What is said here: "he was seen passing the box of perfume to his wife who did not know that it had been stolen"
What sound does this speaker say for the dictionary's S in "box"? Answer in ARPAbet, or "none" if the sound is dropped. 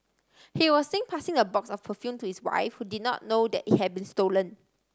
S